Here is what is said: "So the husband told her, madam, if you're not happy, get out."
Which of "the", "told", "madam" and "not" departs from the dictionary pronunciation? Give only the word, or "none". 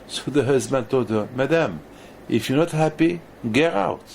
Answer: told